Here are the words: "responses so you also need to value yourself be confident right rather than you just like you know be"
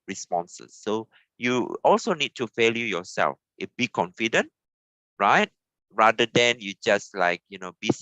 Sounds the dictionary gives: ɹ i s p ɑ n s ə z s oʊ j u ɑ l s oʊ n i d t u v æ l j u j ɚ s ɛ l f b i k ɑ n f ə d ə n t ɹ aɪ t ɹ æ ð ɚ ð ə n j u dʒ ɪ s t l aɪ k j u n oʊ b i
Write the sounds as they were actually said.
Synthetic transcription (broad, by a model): ɹ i s p ɑ n s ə s oʊ j u ɑ l s oʊ n i d t u f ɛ l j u j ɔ s ɛ l f b i k ɑ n f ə d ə n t ɹ aɪ t ɹ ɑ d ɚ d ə n j u dʒ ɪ s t l aɪ k j u n oʊ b i